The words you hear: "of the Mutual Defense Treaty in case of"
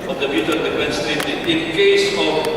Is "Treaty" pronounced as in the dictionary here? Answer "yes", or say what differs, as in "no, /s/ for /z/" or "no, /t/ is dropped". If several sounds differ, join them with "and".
no, /ɹ/ is dropped